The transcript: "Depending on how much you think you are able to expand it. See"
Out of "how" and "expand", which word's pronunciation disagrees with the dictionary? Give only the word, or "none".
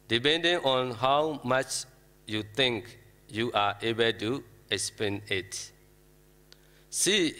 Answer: expand